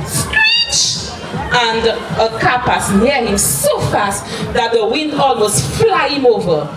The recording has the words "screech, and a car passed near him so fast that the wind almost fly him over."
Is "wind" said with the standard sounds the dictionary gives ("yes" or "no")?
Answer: yes